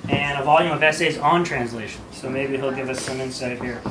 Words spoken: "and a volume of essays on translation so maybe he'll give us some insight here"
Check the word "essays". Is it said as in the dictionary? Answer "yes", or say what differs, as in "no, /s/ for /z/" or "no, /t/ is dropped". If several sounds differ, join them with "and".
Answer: yes